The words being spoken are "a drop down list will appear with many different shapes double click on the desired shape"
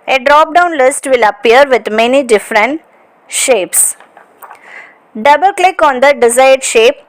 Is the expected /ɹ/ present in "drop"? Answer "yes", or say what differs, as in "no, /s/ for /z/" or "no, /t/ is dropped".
yes